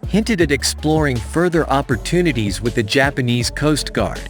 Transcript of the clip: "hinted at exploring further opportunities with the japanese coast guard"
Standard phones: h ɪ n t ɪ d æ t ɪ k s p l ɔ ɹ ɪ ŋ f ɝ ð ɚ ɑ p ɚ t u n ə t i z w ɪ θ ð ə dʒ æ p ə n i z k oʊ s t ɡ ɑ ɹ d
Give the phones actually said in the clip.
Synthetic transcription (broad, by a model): h ɪ n t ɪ d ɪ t ɪ k s p l ɔ ɹ ɪ ŋ f ɝ ð ɚ ɑ p ɚ t u n ə t i z w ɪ ð ə dʒ æ p ə n i z k oʊ s t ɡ ɑ ɹ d